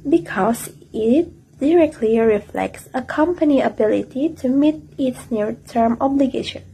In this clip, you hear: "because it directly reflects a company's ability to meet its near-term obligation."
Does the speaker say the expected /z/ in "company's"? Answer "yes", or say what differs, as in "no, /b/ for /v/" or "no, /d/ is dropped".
no, /z/ is dropped